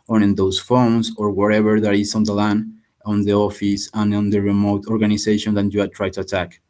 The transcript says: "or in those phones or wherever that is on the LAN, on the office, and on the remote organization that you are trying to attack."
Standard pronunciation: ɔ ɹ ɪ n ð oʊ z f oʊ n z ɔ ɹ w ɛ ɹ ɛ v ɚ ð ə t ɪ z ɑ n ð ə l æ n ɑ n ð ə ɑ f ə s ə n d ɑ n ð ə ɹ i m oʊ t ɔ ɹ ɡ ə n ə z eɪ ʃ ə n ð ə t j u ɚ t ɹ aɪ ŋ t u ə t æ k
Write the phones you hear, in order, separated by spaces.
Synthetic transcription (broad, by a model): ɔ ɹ ɪ n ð oʊ s f oʊ n s ɔ ɹ w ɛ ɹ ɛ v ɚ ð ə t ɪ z ɑ n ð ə l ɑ n ɑ n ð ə ɑ f ə s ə n ɑ n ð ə ɹ i m oʊ t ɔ ɹ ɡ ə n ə s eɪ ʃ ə n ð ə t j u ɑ t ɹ aɪ t u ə t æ k